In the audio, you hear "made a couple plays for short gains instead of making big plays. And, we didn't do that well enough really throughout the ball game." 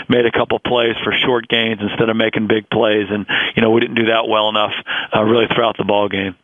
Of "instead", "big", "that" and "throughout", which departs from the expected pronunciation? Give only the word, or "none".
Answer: none